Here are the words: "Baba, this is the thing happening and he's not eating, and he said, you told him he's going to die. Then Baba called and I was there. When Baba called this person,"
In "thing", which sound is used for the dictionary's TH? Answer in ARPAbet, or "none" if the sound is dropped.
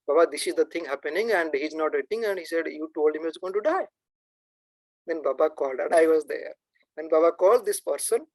T